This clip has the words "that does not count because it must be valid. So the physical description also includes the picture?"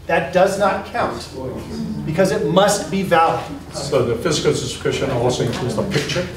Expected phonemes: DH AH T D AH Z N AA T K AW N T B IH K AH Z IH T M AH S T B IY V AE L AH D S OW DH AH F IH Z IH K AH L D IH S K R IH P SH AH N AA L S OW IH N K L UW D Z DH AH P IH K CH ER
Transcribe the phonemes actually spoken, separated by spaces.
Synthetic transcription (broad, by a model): DH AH T D AH Z N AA T K AW N T B IH K AH Z IH T M AH S T B IY V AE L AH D S OW DH AH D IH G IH AH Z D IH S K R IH SH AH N AA L S OW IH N K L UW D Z DH AH P IH K CH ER